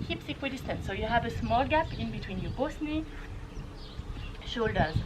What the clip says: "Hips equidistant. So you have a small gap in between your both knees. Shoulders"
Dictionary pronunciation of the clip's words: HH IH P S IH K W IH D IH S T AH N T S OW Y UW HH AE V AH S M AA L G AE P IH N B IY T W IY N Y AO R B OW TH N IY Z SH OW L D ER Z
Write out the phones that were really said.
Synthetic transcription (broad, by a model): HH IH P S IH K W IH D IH S T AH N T S OW Y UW HH AE V AH S M AA L G AE P IH N B IY T W IY N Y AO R B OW S N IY SH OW L D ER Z